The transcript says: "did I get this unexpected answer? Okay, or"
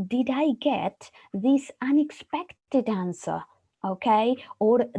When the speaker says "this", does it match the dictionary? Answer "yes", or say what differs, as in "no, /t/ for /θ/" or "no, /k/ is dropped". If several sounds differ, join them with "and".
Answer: yes